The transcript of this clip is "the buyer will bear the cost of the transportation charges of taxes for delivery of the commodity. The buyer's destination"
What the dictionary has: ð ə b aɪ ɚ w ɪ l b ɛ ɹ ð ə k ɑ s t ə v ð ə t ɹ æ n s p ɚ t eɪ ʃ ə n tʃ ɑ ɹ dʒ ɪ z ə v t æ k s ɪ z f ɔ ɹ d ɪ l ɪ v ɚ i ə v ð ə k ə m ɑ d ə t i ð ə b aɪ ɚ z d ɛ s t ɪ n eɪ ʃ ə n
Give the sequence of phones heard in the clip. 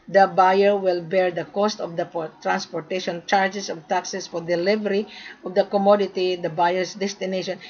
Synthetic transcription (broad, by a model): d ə b aɪ ɚ w ɪ l b ɛ ɹ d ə k ɑ s t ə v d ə t ɹ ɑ n s p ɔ t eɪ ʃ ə n tʃ ɑ ɹ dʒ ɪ s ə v t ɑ k s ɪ s f ɔ ɹ d ɪ l ɪ v ɚ i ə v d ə k ə m ɑ d ə t i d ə b aɪ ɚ s d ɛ s t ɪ n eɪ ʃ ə n